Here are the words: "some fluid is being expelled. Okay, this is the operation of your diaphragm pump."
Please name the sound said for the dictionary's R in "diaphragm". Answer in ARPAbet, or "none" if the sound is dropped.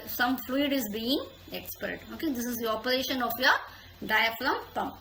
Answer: L